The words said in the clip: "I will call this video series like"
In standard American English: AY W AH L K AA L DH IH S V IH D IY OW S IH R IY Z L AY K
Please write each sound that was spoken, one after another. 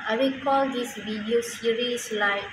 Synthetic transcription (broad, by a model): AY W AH K AA L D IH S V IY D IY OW S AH R IY S L AY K